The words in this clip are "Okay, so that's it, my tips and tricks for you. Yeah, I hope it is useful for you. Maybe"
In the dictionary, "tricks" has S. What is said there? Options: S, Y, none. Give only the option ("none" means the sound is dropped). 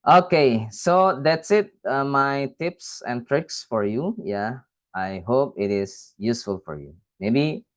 S